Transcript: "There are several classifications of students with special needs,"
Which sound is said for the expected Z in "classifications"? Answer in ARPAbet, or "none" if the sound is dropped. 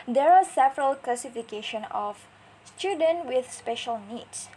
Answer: none